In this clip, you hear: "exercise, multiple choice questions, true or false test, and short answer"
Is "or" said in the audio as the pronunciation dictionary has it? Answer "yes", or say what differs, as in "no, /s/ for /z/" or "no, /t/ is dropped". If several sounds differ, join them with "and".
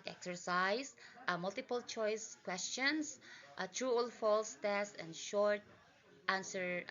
no, /l/ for /ɹ/